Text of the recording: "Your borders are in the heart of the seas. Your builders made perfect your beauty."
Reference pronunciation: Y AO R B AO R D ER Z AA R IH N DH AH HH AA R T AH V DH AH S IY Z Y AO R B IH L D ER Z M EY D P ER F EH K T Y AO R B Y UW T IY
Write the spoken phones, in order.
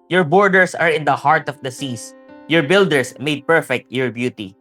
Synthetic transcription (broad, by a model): Y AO R B AO R D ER S AA R IH N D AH HH AA R T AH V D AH S IY S Y AO R B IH L D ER S M EY D P ER F EH K T Y AO R B Y UW T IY